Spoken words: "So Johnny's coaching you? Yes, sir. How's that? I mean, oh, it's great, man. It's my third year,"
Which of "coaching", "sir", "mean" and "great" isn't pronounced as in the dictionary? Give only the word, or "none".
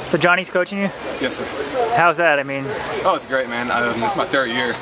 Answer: none